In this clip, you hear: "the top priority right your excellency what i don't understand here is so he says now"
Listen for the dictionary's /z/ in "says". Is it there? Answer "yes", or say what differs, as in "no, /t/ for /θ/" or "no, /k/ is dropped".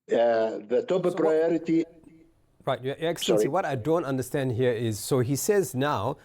yes